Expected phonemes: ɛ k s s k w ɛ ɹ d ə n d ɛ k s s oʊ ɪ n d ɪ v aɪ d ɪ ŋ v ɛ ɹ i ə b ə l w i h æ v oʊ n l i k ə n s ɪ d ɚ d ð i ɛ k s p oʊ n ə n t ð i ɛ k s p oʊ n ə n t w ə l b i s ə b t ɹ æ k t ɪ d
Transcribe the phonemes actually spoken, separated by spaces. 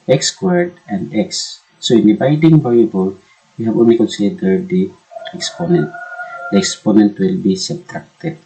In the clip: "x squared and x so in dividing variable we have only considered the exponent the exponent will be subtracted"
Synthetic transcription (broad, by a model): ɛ k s s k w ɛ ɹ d ə n d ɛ k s s oʊ ɪ n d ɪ b aɪ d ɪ ŋ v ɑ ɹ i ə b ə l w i h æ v oʊ n l i k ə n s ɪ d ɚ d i ɛ k s p oʊ n ə n t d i ɛ k s p oʊ n ə n t w ə l b i s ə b t ɹ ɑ k t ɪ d